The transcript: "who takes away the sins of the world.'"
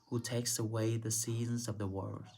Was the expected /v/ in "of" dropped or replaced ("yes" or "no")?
no